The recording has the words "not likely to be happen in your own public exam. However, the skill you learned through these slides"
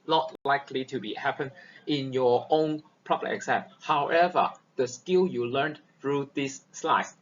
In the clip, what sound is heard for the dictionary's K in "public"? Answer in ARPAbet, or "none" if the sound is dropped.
none